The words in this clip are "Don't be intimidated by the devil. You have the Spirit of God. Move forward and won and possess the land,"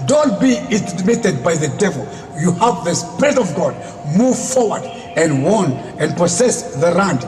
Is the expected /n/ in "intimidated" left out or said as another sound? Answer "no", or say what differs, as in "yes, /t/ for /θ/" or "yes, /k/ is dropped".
yes, /n/ is dropped